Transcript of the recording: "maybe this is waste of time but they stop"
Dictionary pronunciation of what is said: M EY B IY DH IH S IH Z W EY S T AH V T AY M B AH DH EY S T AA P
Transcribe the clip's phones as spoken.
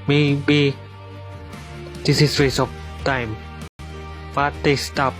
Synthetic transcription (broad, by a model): M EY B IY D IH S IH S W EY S AH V T AY M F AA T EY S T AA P